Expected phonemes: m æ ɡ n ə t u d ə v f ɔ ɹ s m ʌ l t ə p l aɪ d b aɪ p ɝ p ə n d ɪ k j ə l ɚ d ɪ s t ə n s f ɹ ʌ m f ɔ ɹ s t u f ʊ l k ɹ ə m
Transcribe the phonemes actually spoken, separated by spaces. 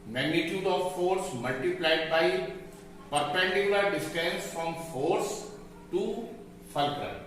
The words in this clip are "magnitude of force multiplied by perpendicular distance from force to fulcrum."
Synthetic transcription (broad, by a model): m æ ɡ n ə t u d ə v f ɔ ɹ s m ʌ l t ə p l aɪ d b aɪ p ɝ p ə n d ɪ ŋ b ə ɪ d ɪ s t ə n s f ɹ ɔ m f ɔ ɹ s t u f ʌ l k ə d